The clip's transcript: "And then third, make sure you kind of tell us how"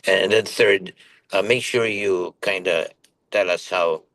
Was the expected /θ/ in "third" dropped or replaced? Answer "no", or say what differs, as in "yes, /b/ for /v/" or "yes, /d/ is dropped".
no